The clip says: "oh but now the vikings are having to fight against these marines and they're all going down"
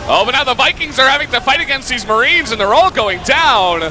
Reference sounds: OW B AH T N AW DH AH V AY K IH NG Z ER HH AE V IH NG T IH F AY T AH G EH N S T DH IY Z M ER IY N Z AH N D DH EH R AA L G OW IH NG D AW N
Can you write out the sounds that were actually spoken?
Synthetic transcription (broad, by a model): OW B AH T N AW DH AH V AY K IH NG Z ER HH AE V IH NG T IH F AY T AH G EH N S T DH IY Z M ER IY N Z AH N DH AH R AA L G OW IH NG D AW N